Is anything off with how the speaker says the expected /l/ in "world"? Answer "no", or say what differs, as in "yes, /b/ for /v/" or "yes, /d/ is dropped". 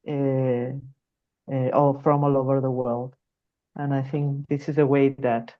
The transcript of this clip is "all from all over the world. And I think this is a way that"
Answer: no